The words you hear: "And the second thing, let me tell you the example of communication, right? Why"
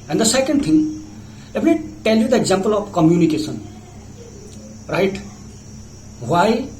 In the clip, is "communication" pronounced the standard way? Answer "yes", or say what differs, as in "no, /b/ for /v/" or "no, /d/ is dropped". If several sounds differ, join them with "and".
no, /s/ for /ʃ/